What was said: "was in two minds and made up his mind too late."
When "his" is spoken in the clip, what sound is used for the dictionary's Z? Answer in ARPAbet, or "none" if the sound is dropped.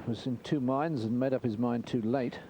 Z